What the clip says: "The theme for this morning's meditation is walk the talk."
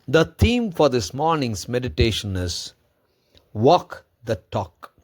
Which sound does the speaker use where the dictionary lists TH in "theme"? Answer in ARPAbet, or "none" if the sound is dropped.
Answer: T